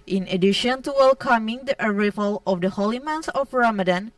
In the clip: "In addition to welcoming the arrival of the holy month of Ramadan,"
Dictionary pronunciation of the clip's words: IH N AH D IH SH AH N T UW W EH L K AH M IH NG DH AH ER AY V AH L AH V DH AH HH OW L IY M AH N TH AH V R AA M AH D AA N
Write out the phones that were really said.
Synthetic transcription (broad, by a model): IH N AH D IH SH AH N T UW W EH L K AH M IH NG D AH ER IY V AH L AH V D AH HH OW L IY M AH N S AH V R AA M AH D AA N